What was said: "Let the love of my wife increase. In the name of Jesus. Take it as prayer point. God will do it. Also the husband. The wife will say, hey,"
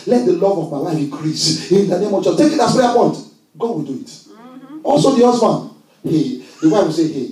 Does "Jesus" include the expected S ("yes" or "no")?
no